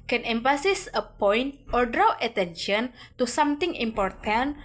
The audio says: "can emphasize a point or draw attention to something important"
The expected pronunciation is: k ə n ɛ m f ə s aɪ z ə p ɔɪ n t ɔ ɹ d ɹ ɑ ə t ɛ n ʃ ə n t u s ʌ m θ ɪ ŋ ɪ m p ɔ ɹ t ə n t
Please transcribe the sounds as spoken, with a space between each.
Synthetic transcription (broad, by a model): k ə n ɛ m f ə s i s ə p ɔɪ n t ɔ ɹ d ɹ ɑ ə t ɛ n ʃ ə n t u s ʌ m t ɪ ŋ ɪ m p ɔ ɹ t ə n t